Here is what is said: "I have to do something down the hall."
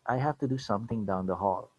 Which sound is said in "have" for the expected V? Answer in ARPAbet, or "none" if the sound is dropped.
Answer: F